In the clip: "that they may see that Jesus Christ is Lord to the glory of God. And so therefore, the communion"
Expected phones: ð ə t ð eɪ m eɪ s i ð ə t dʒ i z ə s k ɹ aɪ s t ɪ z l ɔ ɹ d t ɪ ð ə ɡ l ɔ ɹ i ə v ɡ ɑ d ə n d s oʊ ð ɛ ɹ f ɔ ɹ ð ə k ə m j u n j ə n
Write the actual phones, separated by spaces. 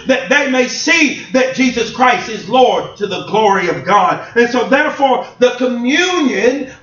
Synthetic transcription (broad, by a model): ð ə t ð eɪ m eɪ s i ð ə t dʒ i z ə s k ɹ aɪ s t ɪ z l ɔ ɹ d t ɪ ð ə ɡ l ɔ ɹ i ə v ɡ ɑ d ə n s oʊ ð ɛ ɹ f ɔ ɹ ð ə k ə m j u n j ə n